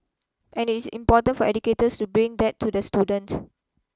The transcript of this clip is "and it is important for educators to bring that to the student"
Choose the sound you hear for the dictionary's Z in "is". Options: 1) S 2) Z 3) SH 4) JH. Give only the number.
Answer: 1